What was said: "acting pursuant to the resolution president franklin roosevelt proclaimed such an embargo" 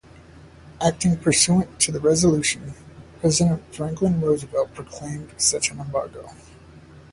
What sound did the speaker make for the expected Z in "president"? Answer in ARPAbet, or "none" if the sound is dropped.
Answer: Z